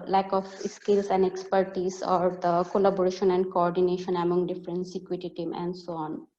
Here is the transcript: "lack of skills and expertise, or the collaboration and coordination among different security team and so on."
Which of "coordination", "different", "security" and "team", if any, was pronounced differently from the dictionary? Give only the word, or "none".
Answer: security